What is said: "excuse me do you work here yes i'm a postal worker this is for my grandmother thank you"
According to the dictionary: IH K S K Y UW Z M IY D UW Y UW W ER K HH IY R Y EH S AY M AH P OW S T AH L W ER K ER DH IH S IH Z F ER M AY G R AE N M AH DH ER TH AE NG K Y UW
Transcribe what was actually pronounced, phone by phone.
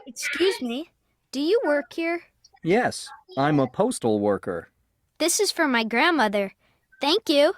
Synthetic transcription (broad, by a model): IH K S K Y UW Z M IY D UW Y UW W ER K HH IY R Y EH S AY M AH P OW S T L W ER K ER DH IH S IH Z F ER M AY G R AE N M AH DH ER TH AE NG K Y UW